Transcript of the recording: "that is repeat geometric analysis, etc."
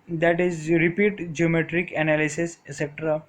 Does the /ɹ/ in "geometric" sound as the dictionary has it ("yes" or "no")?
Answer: yes